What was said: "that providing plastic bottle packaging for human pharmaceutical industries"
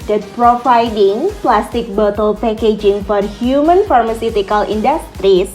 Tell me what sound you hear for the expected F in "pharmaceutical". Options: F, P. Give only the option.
F